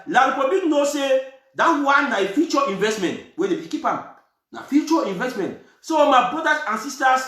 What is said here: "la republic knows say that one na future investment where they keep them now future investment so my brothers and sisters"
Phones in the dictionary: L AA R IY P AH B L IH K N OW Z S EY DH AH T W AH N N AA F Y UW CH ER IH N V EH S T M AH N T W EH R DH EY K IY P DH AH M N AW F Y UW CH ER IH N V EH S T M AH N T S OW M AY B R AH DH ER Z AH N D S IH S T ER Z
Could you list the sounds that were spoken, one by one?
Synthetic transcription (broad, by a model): L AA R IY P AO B IH N OW S EY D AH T W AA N N AA F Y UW CH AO IH N V EH S T M AH N T W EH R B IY K IY P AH M N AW F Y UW CH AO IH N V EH S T M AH N T S OW M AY B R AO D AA S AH N S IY S T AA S